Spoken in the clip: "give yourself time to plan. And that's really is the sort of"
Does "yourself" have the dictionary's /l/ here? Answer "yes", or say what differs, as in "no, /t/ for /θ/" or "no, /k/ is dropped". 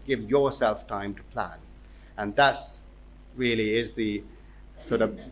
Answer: yes